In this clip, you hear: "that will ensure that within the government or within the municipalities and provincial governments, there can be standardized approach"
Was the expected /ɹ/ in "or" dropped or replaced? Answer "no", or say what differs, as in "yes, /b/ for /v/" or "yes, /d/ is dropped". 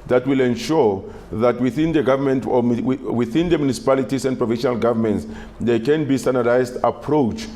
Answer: yes, /w/ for /ɹ/